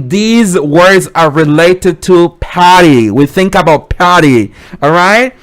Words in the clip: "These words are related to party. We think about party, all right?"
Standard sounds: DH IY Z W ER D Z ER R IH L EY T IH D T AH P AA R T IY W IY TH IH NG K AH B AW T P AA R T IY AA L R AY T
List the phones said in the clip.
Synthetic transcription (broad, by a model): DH IY Z W ER D Z ER R IH L EY T IH D T AH P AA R T IY W IY TH IH NG K AH B AW T P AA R T IY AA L R AY T